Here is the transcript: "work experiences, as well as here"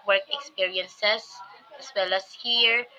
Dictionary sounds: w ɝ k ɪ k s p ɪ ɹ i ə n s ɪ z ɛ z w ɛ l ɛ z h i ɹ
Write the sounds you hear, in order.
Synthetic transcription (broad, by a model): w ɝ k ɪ k s p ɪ ɹ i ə n s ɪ s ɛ s w ɛ l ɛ s h i ɹ